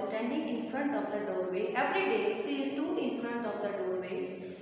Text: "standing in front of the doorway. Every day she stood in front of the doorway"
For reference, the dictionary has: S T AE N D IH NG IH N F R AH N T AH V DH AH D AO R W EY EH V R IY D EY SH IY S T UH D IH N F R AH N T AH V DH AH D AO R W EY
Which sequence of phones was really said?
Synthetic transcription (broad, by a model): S T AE N D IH NG IH N F R AH N T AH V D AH D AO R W EY EH V R IY D EY S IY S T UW IH N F R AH N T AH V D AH D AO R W EY